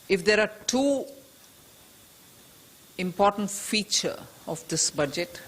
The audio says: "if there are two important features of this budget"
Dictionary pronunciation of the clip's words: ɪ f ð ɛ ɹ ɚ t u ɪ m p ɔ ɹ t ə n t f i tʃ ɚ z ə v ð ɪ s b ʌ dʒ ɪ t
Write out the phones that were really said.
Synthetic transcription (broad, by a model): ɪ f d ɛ ɹ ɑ t u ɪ m p ɔ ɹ t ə n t f i tʃ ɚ ə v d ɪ s b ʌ dʒ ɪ t